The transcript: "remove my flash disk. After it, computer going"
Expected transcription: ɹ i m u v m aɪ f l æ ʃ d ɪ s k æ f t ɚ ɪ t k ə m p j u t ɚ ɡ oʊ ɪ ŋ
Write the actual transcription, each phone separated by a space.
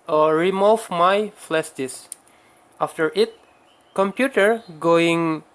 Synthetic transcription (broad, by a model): ɹ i m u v m aɪ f l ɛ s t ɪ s ɑ f t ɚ ɪ t k ə m p j u t ɚ ɡ oʊ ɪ ŋ